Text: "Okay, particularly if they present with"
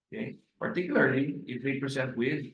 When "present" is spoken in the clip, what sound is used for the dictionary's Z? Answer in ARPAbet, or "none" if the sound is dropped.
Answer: S